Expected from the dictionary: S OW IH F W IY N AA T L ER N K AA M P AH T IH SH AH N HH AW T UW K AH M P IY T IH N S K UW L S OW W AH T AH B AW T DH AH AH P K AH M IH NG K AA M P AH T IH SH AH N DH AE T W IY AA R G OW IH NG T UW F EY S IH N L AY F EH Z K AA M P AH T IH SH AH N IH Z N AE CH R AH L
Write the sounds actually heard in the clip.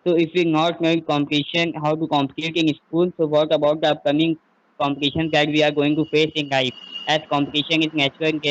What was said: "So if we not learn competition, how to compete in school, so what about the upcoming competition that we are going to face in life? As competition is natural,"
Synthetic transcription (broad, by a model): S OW IH F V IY N AA T N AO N K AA M P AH T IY SH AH N HH AW T UW K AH M P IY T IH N S K UW L S OW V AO T AH B AW T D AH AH P K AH M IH NG K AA M P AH T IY SH AH N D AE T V IY AA R G OW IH NG T UW F EY S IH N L AY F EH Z K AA M P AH T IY SH AH N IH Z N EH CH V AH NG